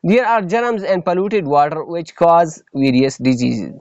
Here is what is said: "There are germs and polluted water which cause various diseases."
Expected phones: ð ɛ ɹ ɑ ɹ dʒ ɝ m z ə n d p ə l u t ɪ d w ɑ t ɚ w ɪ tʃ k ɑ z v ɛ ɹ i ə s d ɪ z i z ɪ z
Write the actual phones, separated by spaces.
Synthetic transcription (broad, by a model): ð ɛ ɹ ɑ ɹ dʒ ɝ m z ə n d p ə l u t ɪ d w ɑ t ɚ w ɪ tʃ k ɑ z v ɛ ɹ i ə s d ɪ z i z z